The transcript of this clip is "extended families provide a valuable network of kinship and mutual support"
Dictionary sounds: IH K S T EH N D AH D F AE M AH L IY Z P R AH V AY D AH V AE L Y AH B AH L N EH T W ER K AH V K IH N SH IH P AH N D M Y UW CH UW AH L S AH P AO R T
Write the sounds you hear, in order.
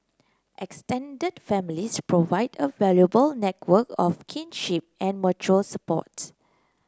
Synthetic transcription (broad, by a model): IH K S T EH N D AH D F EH M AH L IY S P R AH V AY D AH V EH L Y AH B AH L N EH T W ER K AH F K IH N SH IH P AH N M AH CH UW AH L S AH P AO T